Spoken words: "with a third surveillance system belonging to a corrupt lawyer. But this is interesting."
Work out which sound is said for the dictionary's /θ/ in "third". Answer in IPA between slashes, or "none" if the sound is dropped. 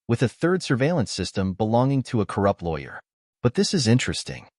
/θ/